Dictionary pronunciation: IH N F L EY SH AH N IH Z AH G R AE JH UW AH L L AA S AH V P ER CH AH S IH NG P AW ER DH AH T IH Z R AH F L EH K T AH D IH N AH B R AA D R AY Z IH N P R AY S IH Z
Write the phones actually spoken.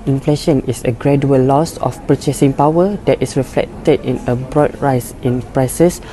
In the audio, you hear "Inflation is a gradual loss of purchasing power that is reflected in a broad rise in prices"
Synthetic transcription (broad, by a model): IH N F L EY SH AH N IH S AH G R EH JH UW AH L L AA S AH F P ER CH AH S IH NG P AW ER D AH T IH S R AH F L EH K T AH D IH N AH B R AA D R AY S IH N P R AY S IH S